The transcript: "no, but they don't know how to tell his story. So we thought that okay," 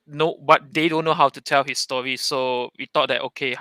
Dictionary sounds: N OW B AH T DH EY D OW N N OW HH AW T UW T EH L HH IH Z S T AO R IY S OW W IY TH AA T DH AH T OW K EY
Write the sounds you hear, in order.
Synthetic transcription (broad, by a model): N OW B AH T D EY D OW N N OW HH AW T UW T EH L HH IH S T AO R IY S OW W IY T AA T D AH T OW K EY